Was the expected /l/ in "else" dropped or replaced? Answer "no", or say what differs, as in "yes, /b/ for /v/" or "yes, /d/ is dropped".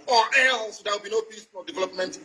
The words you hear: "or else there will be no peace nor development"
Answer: yes, /l/ is dropped